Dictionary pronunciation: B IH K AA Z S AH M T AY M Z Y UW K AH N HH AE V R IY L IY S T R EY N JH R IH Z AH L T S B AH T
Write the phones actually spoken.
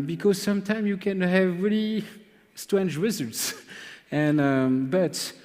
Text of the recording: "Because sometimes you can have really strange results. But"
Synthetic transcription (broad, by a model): B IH K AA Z S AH M T AY M Y UW K AH N HH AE V R IY L IY S T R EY N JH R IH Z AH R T S B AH T